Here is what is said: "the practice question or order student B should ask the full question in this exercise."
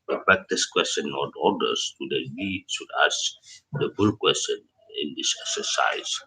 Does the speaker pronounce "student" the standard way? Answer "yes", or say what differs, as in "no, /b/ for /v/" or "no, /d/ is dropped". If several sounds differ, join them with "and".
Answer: no, /n/ is dropped